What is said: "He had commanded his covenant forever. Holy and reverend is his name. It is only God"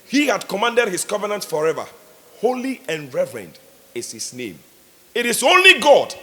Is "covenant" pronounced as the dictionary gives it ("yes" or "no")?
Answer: yes